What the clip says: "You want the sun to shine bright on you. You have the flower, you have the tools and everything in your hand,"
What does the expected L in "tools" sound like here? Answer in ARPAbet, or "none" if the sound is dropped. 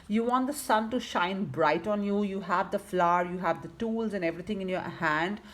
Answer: L